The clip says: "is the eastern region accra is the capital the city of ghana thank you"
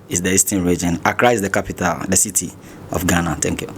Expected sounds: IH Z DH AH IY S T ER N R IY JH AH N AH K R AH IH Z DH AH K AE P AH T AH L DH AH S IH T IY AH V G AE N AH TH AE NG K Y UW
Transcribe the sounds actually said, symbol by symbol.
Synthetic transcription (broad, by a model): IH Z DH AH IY S T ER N R IY JH AH N AH K R AH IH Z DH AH K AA P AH T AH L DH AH S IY T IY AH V G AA N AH T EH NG K Y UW